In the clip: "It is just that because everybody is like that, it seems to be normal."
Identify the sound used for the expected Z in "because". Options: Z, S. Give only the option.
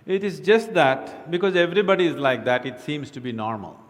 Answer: Z